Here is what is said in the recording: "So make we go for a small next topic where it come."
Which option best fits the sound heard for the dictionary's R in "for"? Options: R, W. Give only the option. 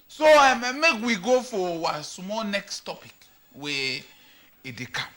W